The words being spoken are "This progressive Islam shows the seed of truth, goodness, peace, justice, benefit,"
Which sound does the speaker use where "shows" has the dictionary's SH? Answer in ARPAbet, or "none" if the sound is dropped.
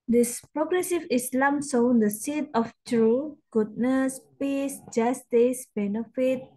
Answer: S